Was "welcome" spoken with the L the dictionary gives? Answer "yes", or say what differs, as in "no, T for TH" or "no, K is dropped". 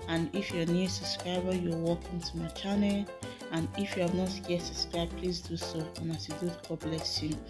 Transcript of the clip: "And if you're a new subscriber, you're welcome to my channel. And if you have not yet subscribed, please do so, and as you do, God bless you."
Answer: no, L is dropped